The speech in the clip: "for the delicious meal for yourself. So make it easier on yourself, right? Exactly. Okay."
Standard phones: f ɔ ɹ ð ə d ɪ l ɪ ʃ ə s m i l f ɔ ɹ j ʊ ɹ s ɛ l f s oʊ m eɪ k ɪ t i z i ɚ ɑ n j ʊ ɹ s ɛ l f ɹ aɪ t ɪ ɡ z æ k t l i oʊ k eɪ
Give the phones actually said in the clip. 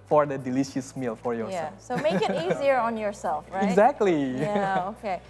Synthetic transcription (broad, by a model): f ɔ ɹ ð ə d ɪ l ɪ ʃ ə s m i l f ɔ ɹ j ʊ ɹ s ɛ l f s oʊ m eɪ k ɪ t i z i ɚ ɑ n j ʊ ɹ s ɛ l f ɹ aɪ ɪ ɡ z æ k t l i oʊ k eɪ